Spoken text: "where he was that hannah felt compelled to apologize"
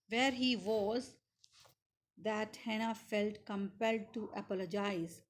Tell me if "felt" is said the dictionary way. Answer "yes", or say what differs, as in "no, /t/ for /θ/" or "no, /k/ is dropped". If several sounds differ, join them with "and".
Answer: yes